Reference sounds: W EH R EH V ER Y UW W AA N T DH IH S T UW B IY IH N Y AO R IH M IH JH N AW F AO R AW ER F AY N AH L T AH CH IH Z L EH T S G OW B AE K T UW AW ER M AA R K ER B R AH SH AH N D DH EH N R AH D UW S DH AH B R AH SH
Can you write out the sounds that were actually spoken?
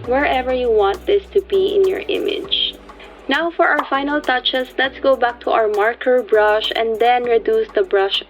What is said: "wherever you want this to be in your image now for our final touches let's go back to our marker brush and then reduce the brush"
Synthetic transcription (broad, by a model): W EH R EH V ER Y UW W AA N T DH IH S T UW B IY IH N Y AO R IH M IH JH N AW F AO R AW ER F AY N AH L T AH CH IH S L EH T S G OW B AE K T UW AW ER M AA R K ER B R AH SH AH N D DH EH N R AH D UW S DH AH B R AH SH